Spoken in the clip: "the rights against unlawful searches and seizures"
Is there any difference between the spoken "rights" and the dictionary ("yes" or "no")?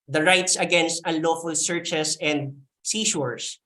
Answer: no